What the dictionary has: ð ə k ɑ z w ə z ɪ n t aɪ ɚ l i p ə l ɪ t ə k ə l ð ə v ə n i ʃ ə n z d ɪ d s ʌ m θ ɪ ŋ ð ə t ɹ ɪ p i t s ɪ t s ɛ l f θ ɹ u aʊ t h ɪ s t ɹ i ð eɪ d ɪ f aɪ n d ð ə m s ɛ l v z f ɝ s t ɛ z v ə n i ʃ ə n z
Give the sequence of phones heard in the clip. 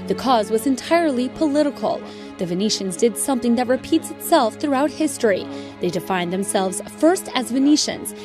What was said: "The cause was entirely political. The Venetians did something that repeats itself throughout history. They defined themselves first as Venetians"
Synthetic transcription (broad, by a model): ð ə k ɑ z w ə z ɪ n t aɪ ɚ l i p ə l ɪ t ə k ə l ð ə v ə n i ʃ ə n z d ɪ d s ʌ m θ ɪ ŋ ð ə t ɹ ɪ p i t s ɪ t s ɛ l f θ ɹ u aʊ t h ɪ s t ɹ i ð eɪ d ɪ f aɪ n ð ə m s ɛ l v z f ɝ s t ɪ z v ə n i ʃ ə n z